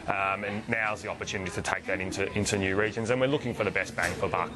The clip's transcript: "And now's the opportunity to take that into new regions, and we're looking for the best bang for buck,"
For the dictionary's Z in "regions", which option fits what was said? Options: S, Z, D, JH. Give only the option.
Z